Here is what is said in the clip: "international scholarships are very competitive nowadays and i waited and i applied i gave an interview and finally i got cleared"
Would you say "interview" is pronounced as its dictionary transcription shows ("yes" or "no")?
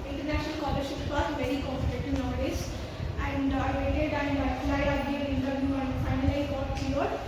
no